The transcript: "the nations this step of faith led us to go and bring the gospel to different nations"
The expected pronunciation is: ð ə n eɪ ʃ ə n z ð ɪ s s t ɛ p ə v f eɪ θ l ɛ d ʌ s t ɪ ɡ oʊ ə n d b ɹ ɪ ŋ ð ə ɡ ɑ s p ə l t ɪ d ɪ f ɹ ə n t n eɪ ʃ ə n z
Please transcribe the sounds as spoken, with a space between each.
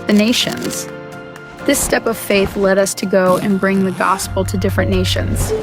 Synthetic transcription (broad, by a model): ð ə n eɪ ʃ ə n z ð ɪ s s t ɛ p ə v f eɪ θ l ɛ d ʌ s t ɪ ɡ oʊ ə n b ɹ ɪ ŋ ð ə ɡ ɑ s p l t ɪ d ɪ f ɹ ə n n eɪ ʃ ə n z